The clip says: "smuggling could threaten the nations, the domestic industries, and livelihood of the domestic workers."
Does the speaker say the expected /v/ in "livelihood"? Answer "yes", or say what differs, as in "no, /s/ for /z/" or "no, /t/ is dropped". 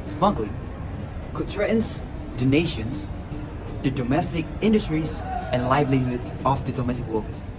yes